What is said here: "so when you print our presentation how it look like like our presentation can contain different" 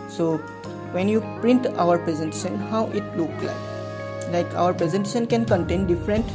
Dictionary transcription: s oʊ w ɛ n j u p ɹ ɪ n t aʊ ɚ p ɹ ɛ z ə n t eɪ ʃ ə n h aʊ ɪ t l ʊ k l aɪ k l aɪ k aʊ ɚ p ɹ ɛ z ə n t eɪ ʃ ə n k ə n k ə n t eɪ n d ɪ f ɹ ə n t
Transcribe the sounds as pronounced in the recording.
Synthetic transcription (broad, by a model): s oʊ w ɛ n j u p ɹ ɪ n t aʊ ɚ p ɹ ɛ z ə n t eɪ ʃ ə n h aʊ ɪ t l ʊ k l aɪ k l aɪ k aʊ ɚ p ɹ ɛ z ə n t eɪ ʃ ə n k ə n k ə n t eɪ n d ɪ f ɹ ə n t